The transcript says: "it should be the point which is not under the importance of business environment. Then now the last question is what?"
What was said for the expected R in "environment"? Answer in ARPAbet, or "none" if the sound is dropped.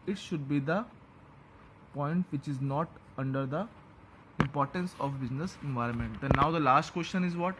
R